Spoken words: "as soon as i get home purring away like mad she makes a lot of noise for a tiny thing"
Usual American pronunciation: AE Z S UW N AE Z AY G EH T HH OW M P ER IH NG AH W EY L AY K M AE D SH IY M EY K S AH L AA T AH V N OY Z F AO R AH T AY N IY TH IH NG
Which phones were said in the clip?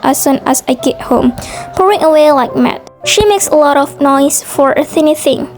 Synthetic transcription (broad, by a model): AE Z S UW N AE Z AY G EH T HH OW M P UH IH NG AH W EY L AY K M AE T SH IY M EY K S AH L AA T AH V N OY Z F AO R AH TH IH N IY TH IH NG